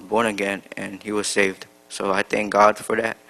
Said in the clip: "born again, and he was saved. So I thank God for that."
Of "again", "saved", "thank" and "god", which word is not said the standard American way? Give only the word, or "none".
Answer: none